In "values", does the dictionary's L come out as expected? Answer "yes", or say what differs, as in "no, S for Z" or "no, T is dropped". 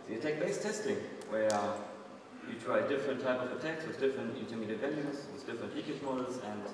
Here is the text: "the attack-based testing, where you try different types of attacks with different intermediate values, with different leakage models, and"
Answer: no, N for L